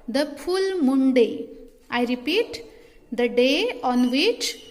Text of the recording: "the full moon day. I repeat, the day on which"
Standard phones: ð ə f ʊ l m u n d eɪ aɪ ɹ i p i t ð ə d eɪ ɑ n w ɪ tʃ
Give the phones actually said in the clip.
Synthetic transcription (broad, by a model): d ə p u l m u n d eɪ aɪ ɹ i p i t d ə d eɪ ɑ n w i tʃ